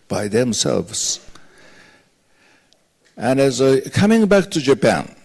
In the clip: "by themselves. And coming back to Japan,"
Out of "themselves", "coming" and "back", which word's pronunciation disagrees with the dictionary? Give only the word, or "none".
none